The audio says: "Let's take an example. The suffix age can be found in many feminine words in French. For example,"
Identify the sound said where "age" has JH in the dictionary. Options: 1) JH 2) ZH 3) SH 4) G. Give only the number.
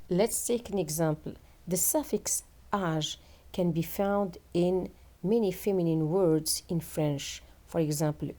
2